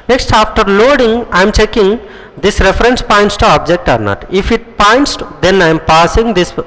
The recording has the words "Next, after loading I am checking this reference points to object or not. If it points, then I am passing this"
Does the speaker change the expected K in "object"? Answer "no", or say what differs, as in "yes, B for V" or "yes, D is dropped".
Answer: no